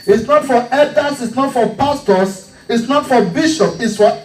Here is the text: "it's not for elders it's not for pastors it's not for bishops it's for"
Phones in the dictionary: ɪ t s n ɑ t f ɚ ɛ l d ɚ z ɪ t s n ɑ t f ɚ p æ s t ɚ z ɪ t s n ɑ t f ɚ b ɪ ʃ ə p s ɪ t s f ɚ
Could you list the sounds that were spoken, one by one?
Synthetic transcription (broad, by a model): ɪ t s n ɑ t f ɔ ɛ d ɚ s ɪ t s n ɑ t f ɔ p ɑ s t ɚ s ɪ t s n ɑ t f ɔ b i ʃ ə p ɪ t s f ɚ